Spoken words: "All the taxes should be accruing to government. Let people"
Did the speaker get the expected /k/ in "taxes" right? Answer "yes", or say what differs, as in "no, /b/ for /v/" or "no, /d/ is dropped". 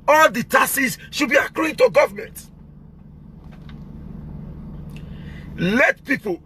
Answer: no, /k/ is dropped